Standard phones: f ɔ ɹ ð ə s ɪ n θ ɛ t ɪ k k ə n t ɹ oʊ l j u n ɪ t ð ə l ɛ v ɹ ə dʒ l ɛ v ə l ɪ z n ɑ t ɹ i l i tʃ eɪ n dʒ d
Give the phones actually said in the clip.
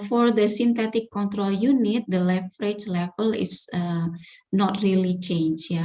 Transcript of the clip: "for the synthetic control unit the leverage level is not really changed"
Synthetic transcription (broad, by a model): f ɔ ɹ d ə s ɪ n t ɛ t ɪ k k ə n t ɹ oʊ l j u n ɪ t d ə l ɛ f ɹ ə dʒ l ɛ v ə l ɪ s n ɑ t ɹ i l i tʃ eɪ n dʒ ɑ